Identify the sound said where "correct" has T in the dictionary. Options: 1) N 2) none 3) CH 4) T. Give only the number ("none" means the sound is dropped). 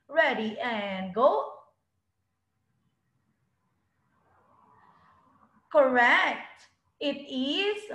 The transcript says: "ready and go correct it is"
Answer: 4